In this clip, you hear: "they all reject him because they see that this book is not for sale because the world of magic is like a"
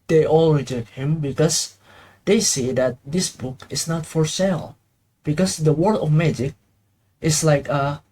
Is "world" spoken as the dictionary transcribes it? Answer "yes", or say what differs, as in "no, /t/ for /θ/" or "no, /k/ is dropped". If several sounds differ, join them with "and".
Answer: no, /l/ is dropped